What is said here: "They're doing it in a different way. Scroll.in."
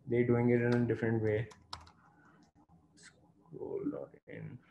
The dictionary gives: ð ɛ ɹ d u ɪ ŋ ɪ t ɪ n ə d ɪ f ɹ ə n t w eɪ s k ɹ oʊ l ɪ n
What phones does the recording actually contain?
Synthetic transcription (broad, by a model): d ɛ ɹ d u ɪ ŋ ɪ t ɪ n ə d ɪ f ɹ ə n t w eɪ s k oʊ l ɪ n